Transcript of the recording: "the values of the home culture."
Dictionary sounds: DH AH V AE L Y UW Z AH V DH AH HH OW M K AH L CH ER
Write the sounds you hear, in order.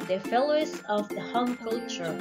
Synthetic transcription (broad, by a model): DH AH F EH L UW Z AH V DH AH HH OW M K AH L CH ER